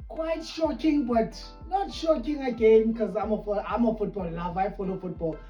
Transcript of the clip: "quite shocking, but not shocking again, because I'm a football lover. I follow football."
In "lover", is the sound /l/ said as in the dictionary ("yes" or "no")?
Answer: no